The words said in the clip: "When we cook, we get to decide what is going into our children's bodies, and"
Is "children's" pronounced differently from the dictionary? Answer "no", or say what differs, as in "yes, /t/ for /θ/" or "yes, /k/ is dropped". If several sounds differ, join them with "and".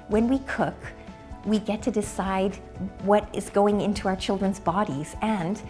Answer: no